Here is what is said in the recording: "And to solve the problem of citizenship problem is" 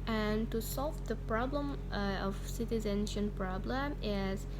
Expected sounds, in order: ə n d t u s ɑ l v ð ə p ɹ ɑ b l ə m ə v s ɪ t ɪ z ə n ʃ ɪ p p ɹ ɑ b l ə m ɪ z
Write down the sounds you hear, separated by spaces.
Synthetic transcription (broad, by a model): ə n t u s ɑ l v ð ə p ɹ ɑ b l ə m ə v s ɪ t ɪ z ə n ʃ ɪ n p ɹ ɑ b l ə m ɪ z